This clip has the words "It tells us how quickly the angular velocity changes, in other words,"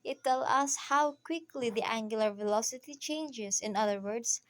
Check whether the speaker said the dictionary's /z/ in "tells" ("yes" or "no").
no